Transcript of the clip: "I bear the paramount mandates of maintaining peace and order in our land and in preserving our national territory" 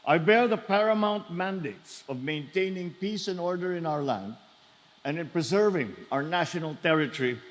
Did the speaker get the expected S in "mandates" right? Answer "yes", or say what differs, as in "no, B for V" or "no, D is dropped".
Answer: yes